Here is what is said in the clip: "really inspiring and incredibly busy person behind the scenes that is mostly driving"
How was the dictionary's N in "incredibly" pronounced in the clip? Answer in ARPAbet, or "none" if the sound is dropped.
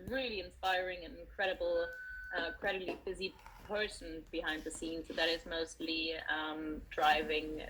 L